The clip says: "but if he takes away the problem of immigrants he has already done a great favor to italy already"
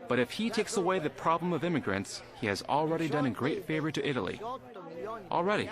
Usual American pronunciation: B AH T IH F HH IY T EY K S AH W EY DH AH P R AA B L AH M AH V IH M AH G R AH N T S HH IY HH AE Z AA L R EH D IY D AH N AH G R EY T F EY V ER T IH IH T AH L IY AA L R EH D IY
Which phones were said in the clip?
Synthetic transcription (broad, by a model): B AH T IH F HH IY T EY K S AH W EY DH AH P R AA B L AH M AH V IH M AH G R AH N T S HH IY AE Z L R EH D IY D AH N AH G R EY T F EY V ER T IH IH T L IY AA L R EH D IY